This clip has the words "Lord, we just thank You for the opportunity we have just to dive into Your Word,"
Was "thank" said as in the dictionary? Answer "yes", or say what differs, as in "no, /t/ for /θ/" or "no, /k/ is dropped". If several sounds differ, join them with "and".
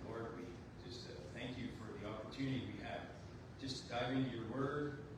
yes